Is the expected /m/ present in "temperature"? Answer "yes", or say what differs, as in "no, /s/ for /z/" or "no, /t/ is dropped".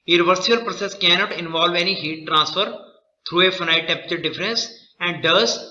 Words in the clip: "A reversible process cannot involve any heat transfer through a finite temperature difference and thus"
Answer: no, /m/ is dropped